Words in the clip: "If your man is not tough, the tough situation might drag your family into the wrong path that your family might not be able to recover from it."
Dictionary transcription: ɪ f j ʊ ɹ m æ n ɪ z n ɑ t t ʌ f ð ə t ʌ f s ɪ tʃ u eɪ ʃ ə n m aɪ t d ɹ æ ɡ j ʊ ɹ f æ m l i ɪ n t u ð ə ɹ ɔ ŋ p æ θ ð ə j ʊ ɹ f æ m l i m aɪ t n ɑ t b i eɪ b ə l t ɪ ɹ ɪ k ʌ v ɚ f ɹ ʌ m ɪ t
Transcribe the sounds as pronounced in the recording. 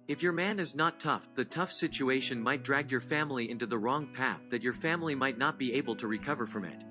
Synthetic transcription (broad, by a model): ɪ f j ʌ ɹ m æ n ɪ z n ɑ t t ʌ f ð ə t ʌ f s ɪ tʃ u eɪ ʃ ə n m aɪ t d ɹ æ ɡ j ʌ ɹ f æ m l i ɪ n t u ð ə ɹ ɔ ŋ p æ θ ð ə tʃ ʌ ɹ f æ m l i m aɪ t n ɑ t b i eɪ b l t ɪ ɹ ɪ k ʌ v ɚ f ɹ ʌ m ɪ t